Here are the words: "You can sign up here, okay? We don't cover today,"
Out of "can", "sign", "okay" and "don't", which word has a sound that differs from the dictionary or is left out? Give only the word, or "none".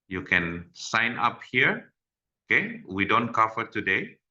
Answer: none